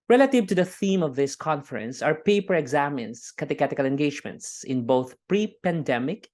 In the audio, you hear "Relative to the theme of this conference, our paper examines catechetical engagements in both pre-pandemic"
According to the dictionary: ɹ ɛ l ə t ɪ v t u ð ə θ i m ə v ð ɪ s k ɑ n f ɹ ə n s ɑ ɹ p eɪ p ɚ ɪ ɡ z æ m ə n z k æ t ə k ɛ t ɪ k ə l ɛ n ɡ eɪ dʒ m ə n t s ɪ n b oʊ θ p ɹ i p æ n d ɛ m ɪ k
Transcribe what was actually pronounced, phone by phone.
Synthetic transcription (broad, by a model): ɹ ɛ l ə t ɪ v t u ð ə θ i m ə v ð ɪ s k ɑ n f ɹ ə n s ɑ ɹ p eɪ p ɚ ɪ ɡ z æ m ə n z k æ t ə k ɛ t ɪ k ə l ɛ n ɡ eɪ dʒ m ə n t s ɪ n b oʊ θ p ɹ i p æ n d ɛ m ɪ k